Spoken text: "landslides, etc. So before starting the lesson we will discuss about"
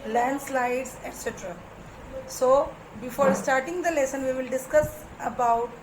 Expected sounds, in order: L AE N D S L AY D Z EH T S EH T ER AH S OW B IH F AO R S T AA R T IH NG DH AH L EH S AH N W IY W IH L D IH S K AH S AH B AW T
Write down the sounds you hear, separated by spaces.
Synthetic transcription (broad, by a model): L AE N D S L AY D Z EH T S EH T ER AH S OW B IH F AO R S T AA R T IH NG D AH L EH S AH N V IY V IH L D IH S K AH S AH B AW T